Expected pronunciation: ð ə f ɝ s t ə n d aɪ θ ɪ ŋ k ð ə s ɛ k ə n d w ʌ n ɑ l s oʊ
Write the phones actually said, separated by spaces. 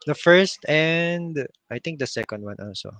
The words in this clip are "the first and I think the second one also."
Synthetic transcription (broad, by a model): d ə f ɝ s t ə n d aɪ t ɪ ŋ k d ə s ɛ k ə n d w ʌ n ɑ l s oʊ